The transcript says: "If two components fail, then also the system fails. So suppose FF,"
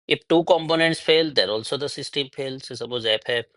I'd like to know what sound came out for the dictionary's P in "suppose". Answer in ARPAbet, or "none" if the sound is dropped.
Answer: B